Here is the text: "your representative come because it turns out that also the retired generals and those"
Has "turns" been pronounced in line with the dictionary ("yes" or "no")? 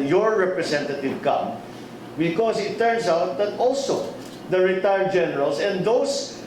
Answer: no